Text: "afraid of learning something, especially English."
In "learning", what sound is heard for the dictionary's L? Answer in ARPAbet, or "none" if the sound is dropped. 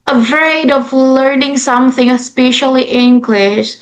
L